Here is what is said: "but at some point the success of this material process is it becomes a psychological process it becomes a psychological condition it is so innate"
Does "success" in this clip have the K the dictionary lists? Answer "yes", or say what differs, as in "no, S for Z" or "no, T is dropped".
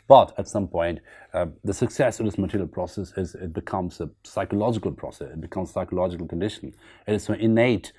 yes